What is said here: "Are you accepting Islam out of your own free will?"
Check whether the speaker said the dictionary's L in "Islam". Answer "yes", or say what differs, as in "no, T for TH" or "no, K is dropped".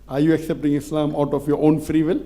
yes